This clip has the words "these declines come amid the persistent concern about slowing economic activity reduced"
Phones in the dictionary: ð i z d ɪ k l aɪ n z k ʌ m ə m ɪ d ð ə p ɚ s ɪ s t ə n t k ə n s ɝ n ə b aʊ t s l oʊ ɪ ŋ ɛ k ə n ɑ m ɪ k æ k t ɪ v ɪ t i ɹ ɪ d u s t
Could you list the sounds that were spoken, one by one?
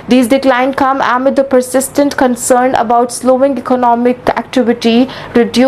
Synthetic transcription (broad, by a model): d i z d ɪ k l aɪ n k ʌ m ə m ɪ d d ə p ɚ s ɪ s t ə n t k ə n s ɝ n ə b aʊ t s l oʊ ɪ ŋ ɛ k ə n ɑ m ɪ k æ k t ɪ v ɪ t i ɹ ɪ d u